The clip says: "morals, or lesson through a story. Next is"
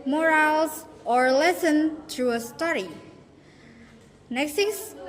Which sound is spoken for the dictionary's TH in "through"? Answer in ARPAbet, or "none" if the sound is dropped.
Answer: T